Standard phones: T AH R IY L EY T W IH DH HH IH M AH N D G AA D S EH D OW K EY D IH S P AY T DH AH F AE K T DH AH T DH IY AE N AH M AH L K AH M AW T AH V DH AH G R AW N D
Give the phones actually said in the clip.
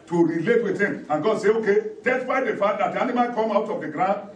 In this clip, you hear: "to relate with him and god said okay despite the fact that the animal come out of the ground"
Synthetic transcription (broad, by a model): T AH R IY L EY T W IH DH HH IH M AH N G AA D S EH OW K EY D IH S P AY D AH F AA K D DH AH T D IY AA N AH M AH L K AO M AW T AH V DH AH G R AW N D